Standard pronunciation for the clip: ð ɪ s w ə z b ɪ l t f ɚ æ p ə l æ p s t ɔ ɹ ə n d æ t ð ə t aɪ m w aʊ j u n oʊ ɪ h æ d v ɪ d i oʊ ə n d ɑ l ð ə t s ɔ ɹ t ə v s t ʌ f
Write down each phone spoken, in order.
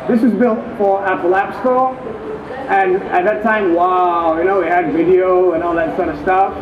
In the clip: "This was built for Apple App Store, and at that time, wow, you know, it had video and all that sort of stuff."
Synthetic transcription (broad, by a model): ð ɪ s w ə z b ɪ l t f ɚ æ p ə l æ p s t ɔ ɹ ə n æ t ð ə t aɪ m w aʊ j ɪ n oʊ ɪ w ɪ d v ɪ d i oʊ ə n ɑ l ð ə t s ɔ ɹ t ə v s t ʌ f